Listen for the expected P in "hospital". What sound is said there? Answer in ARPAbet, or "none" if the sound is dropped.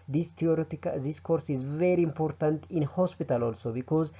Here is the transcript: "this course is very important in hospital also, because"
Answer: P